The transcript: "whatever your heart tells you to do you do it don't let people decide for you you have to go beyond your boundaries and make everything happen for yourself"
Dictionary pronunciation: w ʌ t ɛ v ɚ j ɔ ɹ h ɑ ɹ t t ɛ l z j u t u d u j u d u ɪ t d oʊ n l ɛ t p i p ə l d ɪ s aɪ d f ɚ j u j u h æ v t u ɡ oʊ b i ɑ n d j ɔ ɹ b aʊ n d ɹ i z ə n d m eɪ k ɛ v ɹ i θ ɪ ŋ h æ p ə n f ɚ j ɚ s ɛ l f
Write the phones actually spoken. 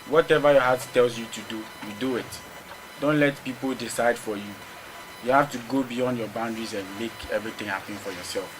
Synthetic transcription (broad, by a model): w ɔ t ɛ v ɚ j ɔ h ɑ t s t ɛ l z j u t u d u j u d u ɪ t d oʊ n l ɛ t p i p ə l d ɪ s aɪ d f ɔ j u j u h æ f t u ɡ oʊ b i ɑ n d j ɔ b aʊ n d ɹ i z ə n m eɪ k ɛ v ɹ i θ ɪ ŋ h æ p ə n f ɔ j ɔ s ɛ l f